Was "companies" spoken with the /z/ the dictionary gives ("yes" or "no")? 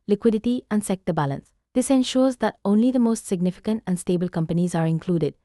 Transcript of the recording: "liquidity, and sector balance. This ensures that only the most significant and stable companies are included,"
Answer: yes